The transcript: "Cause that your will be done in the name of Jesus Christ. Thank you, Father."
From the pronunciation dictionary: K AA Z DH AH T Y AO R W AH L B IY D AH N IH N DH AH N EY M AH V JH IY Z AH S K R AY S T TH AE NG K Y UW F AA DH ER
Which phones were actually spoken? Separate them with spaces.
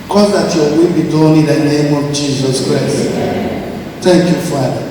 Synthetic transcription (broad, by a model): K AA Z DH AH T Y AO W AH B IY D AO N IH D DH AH N EY M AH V JH IY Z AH S K R AY S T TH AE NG K Y UW F AA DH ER